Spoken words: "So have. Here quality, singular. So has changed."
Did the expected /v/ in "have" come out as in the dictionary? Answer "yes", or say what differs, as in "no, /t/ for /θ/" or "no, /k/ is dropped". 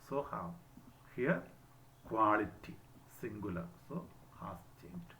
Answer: no, /w/ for /v/